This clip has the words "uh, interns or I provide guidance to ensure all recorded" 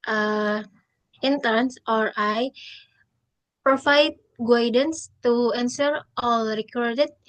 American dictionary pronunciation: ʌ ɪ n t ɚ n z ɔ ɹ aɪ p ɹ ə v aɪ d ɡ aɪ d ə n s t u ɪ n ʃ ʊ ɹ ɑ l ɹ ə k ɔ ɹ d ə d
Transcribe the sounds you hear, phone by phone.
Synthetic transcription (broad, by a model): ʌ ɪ n t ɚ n s ɔ ɹ aɪ p ɹ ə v aɪ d ɡ aɪ d ə n s t u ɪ n s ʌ ɹ ɑ l ɹ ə k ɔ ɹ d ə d